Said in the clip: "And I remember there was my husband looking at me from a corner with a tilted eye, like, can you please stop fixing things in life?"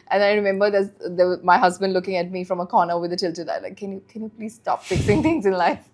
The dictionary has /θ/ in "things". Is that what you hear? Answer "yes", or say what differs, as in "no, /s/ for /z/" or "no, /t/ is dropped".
no, /t/ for /θ/